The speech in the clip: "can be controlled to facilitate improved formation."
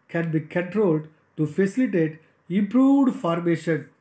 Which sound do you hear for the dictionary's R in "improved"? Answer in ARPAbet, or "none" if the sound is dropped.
R